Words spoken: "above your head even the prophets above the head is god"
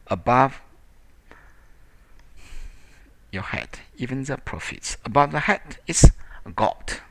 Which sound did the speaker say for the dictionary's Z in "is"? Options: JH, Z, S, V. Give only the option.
S